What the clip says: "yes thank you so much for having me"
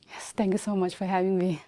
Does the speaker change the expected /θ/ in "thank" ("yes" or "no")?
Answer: yes